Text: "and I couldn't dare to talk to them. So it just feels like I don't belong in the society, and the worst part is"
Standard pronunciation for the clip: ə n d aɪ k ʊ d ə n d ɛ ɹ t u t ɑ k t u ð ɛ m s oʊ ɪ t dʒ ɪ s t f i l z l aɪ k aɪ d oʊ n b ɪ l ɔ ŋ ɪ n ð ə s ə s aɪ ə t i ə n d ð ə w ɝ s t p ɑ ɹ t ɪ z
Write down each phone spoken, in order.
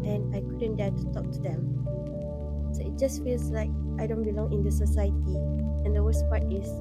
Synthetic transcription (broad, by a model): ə n aɪ k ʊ d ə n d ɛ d t u t ɑ k t u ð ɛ m s oʊ ɪ t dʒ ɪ s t f i l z l aɪ k aɪ d oʊ n b ɪ l ɔ ŋ ɪ n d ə s ə s aɪ ə t i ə n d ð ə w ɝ s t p ɑ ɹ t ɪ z